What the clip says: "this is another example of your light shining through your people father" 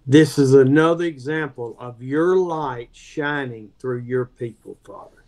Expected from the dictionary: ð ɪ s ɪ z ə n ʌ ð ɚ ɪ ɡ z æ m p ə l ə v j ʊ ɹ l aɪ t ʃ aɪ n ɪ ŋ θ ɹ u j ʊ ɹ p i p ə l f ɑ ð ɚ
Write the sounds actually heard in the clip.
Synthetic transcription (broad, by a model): ð ɪ s ɪ z ə n ʌ ð ɚ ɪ ɡ z æ m p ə l ə v j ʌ ɹ l aɪ t ʃ aɪ n ɪ ŋ θ ɹ u j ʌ ɹ p i p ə l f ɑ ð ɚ